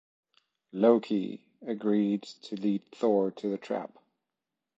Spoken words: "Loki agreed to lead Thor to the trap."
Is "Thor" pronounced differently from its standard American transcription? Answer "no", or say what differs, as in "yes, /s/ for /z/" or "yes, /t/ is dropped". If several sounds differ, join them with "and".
no